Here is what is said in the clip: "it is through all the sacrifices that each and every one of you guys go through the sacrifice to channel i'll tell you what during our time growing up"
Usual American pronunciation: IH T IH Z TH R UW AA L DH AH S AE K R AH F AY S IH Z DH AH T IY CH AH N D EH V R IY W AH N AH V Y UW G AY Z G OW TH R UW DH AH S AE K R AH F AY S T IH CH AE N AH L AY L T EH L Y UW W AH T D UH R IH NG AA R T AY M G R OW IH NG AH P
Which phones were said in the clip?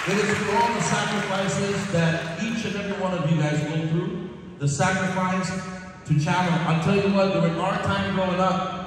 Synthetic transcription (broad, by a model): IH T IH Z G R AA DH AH S AE K R AH F AY S IH Z DH AH T IY CH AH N EH V R IY W AH N AH V Y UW G AY Z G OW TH R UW DH AH S AE K R AH F AY S T IH CH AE L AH N AY L T EH L Y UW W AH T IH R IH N AA R T AY M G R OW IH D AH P